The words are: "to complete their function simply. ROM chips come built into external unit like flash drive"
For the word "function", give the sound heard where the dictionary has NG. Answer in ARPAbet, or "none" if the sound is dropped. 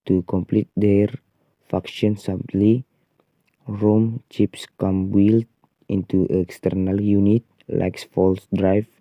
none